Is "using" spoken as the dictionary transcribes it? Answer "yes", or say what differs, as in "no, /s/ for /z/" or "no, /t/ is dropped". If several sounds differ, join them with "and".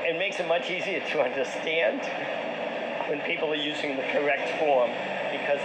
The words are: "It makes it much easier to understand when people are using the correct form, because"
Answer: yes